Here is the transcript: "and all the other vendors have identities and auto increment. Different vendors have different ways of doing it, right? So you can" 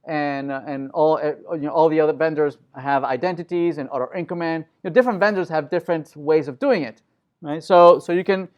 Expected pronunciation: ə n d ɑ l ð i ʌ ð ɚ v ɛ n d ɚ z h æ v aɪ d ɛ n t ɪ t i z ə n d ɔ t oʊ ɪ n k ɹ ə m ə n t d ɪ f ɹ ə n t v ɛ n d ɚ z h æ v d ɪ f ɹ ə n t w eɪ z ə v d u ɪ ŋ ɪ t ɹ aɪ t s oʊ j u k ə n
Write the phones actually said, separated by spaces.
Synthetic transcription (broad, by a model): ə n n ɑ l ð i ʌ ð ɚ v ɛ n d ɚ z h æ v aɪ d ɛ n t ɪ t i z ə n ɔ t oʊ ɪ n k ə m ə n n d ɪ f ɹ ə n t v ɛ n d ɚ z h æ v d ɪ f ɹ ə n t w eɪ z ə v d u ɪ ŋ ɪ t ɹ aɪ t s oʊ j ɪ k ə n